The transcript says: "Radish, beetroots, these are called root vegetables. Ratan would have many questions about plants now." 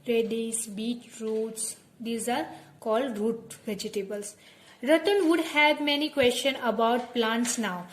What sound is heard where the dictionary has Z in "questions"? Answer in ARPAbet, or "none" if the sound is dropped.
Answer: none